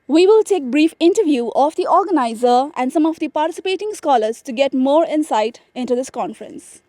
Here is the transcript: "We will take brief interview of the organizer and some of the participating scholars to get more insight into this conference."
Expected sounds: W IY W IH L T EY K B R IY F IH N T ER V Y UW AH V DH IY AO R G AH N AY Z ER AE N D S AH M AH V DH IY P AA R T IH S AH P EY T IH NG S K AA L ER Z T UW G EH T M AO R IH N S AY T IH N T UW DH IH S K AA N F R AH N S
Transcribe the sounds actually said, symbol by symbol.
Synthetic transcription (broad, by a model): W IY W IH L T EY K B R IY F IH N T ER V Y UW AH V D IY AO R G AH N AY Z ER AE N D S AH M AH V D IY P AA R T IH S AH P EY T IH NG S K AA L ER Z T UW G EH T M AO R IH N S AY T IH N T UW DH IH S K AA N F R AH N S